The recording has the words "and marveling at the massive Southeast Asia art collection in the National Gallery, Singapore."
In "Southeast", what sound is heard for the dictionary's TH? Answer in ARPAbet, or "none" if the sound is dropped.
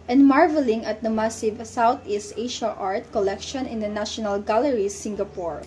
T